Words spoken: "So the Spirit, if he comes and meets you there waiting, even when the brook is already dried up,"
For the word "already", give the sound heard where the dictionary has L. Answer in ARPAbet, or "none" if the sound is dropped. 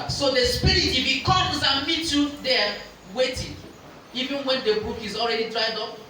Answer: L